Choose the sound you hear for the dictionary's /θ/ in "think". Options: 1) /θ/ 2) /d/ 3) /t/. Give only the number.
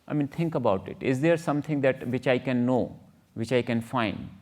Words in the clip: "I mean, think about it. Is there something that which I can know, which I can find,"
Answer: 3